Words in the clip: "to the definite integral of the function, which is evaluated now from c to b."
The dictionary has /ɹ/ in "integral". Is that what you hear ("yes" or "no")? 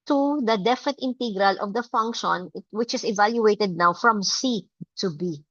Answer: yes